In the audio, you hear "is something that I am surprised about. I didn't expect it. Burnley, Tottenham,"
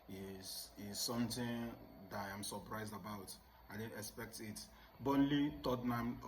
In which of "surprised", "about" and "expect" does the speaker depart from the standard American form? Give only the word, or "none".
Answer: none